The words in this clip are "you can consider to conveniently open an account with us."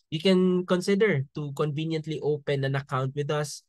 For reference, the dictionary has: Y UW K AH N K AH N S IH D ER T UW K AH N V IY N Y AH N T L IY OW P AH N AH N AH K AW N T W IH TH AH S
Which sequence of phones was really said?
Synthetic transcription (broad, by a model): Y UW K AH N K AH N S IH D ER T UW K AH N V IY N Y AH N T L IY OW P AH N AH N AH K AW N T W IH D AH S